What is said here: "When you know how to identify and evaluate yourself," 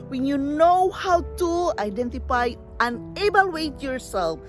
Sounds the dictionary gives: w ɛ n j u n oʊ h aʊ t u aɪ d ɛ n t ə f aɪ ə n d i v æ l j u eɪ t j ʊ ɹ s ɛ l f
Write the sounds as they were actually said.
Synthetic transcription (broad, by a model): w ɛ n j u n oʊ h aʊ t u aɪ d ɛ n t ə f aɪ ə n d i b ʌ l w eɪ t j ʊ ɹ s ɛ l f